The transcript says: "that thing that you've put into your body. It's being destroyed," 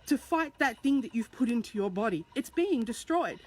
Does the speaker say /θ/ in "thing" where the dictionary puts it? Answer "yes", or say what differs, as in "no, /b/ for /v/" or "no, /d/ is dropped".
yes